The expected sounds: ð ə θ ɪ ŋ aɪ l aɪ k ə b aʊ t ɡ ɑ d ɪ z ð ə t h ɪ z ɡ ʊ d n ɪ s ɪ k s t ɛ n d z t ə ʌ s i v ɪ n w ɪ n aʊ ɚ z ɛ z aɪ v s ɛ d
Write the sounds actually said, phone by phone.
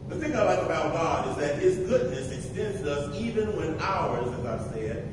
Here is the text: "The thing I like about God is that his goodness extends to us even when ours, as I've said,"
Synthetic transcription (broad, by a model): ð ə θ ɪ ŋ aɪ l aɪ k ə b aʊ t ɡ ɑ d ɪ z ð ə t h ɪ z ɡ ʊ d n ɪ s ɪ k s t ɛ n d z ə ʌ s i v ɪ n w ɪ n aʊ ɚ z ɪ z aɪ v s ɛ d